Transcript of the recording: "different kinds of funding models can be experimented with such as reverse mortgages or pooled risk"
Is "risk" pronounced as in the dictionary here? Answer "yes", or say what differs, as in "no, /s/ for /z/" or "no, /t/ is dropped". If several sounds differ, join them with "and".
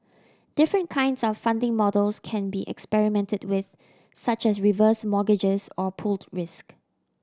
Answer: yes